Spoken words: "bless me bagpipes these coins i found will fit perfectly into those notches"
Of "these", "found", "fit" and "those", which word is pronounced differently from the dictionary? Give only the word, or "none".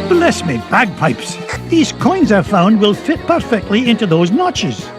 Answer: none